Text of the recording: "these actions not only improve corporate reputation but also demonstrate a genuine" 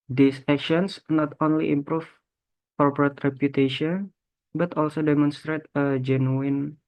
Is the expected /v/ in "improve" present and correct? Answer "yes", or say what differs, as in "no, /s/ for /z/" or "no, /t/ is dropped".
no, /f/ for /v/